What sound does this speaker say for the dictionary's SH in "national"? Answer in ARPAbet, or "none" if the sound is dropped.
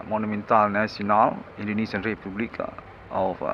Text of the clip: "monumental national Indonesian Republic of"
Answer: S